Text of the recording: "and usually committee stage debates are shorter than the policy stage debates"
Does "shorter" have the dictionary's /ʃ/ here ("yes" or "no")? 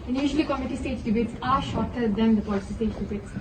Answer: yes